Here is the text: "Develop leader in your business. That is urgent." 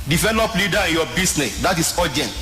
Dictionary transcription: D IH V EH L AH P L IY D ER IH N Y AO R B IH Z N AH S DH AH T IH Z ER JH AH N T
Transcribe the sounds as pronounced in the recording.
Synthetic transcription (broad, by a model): D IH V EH L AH P L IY D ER IH N Y AO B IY S N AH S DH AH T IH S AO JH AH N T